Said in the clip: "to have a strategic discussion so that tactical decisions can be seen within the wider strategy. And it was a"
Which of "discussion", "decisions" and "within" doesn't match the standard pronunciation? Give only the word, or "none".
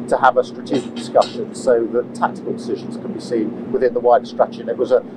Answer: none